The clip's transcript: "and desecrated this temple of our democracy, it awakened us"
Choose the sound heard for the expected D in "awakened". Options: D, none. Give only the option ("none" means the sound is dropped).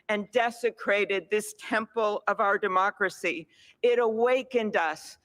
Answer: D